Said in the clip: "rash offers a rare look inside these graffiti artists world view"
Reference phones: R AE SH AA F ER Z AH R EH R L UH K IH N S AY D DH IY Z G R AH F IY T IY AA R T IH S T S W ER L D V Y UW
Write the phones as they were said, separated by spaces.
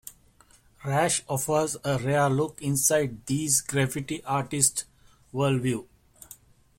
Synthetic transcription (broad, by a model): R AE SH AA F ER Z AH R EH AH L UH K IH N S AY D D IY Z G R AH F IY T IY AA R T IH S T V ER L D V Y UW